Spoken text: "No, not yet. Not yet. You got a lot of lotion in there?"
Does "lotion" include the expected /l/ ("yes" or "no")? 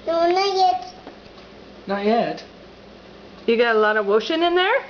no